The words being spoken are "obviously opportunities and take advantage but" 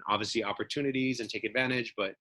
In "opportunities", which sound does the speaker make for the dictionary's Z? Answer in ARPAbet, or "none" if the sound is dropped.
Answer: Z